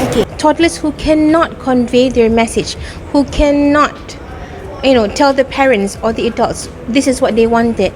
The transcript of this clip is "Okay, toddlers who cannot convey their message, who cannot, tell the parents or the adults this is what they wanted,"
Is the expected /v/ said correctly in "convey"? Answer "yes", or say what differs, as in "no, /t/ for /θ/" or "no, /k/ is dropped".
yes